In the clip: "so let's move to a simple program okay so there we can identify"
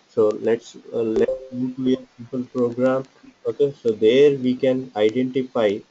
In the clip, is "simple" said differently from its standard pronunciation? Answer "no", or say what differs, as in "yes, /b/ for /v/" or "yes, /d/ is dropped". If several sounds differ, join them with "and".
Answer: yes, /m/ is dropped